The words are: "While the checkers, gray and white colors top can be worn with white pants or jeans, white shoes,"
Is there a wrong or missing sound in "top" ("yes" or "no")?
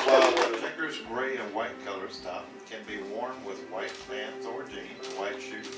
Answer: yes